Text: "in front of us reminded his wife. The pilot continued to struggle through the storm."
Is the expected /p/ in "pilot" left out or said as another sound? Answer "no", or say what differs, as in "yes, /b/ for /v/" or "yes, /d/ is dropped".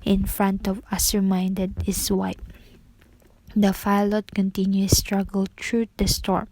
yes, /f/ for /p/